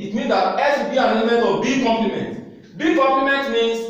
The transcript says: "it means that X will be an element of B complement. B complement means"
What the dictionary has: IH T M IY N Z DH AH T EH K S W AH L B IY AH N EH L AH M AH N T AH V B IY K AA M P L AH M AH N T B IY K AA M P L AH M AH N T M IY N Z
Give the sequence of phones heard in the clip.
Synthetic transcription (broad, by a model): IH T M IY N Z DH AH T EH S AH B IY AH N EH L AH M AH N T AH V B IY K AA M P L AH M AH N T B IY K AA M P L AH M AH N T M IY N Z